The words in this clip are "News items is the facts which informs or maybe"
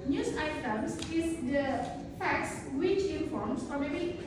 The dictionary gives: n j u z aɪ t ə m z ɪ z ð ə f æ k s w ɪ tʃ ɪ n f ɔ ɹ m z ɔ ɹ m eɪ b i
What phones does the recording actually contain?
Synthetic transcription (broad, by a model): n j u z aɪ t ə m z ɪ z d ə f æ k s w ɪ tʃ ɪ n f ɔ ɹ m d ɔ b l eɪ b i